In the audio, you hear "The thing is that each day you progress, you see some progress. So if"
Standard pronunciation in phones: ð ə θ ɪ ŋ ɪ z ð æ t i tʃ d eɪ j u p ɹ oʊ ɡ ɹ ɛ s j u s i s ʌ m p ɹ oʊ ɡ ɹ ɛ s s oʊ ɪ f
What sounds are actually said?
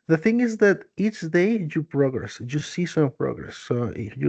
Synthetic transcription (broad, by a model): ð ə θ ɪ ŋ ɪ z ð æ t i tʃ d eɪ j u p ɹ oʊ ɡ ɹ ɛ s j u s i s ʌ m p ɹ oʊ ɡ ɹ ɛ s s oʊ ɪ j